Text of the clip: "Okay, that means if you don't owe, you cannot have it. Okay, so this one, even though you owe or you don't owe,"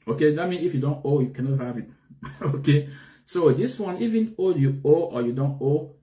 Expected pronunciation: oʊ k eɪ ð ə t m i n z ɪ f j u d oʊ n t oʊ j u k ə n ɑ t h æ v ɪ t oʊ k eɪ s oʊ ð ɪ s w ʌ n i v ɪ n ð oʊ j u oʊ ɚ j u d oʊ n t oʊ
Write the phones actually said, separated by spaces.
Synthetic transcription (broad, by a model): oʊ k eɪ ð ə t m i n ɪ f j u d oʊ n t oʊ j u k ə n ɑ t h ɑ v ɪ t oʊ k eɪ s oʊ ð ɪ s w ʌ n i v ɪ n oʊ j u oʊ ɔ j u d oʊ n t oʊ